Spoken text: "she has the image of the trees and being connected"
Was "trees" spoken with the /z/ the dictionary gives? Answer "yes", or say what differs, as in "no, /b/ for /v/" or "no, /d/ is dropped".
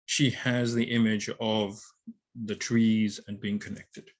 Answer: yes